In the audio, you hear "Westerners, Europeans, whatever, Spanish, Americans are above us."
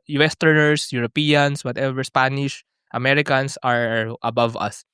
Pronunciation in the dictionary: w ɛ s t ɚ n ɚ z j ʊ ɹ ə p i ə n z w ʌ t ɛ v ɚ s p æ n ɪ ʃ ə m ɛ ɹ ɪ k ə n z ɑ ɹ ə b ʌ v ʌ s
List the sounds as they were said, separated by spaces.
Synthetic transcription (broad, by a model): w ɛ s t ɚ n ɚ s j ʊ ɹ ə p i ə n s w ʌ t ɛ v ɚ s p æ n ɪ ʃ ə m ɛ ɹ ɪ k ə n s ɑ ɹ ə b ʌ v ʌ s